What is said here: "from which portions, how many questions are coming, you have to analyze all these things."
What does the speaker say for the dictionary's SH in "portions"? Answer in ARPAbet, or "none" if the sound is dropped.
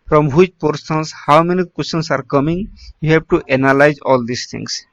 S